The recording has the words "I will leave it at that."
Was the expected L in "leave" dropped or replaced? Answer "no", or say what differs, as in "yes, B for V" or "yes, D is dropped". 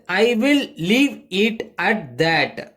no